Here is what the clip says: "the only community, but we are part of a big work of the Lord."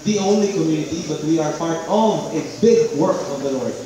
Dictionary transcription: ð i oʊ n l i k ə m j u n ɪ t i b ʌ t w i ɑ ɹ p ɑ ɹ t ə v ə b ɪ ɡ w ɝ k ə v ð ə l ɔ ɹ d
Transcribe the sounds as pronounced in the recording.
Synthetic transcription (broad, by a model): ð i oʊ n l i k ə m j u n ɪ t i b ʌ t w i ɑ ɹ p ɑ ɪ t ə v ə b ɪ ɡ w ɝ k ə v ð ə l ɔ ɹ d